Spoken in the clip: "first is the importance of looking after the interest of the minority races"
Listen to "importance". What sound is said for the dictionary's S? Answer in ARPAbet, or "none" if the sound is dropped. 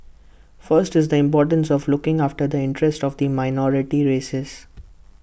S